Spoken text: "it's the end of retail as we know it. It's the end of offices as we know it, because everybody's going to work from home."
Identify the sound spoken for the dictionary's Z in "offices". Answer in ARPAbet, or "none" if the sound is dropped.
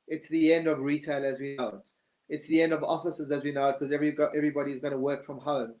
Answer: Z